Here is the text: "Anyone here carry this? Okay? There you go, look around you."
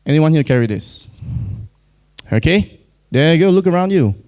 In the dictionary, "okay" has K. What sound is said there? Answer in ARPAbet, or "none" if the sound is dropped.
K